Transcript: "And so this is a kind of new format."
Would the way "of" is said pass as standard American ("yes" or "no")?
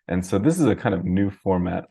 yes